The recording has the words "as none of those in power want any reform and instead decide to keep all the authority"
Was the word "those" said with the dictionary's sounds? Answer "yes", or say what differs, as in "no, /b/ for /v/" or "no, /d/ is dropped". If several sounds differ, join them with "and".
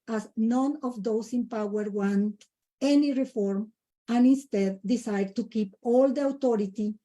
no, /s/ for /z/